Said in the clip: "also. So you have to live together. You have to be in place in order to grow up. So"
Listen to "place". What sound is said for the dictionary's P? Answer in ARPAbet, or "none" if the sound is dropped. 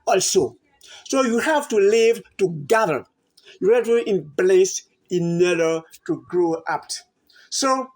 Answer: B